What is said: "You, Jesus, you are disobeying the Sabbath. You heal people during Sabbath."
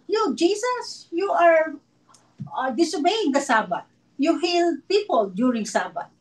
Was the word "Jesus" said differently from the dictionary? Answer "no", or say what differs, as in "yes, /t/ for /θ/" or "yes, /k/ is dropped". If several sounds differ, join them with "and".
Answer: yes, /s/ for /z/